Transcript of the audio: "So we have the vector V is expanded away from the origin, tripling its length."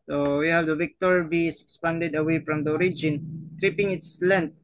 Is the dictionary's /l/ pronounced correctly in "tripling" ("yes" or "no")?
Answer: no